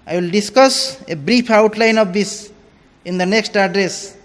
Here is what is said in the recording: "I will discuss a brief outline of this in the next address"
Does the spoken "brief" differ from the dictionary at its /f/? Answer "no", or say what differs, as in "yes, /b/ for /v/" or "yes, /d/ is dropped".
yes, /p/ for /f/